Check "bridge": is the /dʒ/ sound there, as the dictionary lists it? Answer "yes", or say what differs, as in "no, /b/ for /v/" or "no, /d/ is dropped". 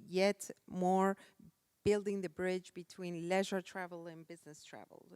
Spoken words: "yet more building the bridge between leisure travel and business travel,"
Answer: yes